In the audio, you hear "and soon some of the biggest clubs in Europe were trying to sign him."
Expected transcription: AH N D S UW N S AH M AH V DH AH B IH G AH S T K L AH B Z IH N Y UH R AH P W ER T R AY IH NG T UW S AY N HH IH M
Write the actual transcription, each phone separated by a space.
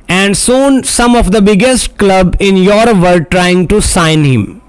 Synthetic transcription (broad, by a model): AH N D S UW N S AH M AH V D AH B IH G AH S T K L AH B IH N Y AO R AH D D T R AY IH NG T UW S AY N HH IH M